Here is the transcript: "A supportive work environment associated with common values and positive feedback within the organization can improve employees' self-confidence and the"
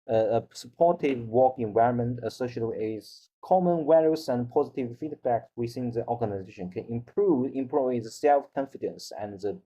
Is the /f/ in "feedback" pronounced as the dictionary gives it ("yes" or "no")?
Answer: yes